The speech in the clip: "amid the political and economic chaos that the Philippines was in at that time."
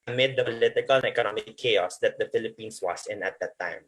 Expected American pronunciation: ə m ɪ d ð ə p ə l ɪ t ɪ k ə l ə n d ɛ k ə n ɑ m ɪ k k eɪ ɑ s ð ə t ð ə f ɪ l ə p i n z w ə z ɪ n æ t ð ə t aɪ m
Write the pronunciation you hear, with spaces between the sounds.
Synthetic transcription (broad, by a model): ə m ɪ d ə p l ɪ t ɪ k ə l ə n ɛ k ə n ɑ m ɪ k k eɪ ɑ s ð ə t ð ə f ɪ l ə p i n s w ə s ɪ n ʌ t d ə t aɪ m